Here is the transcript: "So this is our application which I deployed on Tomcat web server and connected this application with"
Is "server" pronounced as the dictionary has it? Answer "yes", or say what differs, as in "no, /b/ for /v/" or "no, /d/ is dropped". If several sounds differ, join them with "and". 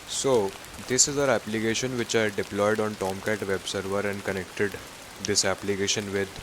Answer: yes